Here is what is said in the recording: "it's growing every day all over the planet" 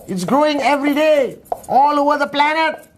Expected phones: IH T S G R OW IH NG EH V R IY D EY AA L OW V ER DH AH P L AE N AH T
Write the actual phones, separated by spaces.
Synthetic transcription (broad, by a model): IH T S G R OW IH NG EH V R IY D EY AA L OW V ER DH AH P L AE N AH T